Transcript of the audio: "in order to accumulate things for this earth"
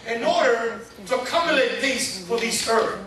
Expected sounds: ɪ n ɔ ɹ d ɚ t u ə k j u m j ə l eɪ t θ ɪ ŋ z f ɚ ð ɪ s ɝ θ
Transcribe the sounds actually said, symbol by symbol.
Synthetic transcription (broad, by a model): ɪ n ɔ ɹ d ɚ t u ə k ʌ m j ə l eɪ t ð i z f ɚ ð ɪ θ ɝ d